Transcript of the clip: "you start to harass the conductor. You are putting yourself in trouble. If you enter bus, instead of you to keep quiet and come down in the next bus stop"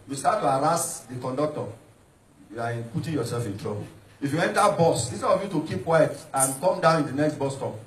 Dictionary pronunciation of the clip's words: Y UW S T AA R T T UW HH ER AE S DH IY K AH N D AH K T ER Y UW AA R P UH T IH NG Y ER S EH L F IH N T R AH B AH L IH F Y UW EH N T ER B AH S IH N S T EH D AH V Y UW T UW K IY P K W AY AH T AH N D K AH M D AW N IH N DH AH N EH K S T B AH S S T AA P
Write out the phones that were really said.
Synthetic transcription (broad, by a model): Y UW S T AA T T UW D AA S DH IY K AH N D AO K T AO Y UW AA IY P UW T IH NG Y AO S EH L F IH N T R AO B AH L IH F Y UW EH N T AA B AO S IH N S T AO AH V Y UW T UW K IY P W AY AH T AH N K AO M D AW N IH N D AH N EH K S T B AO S S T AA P